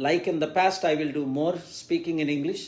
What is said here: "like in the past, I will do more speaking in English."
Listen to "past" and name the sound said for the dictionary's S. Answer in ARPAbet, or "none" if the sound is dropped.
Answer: S